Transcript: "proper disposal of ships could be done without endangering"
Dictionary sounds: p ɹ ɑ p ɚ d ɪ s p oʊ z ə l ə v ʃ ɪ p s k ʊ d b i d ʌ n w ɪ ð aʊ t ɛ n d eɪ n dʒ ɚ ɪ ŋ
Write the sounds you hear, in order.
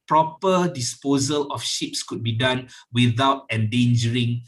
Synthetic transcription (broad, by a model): p ɹ ɑ p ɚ d ɪ s p oʊ z ə l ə f ʃ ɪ p s k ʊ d b i d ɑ n w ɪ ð aʊ t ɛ n d eɪ n dʒ ɚ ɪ ŋ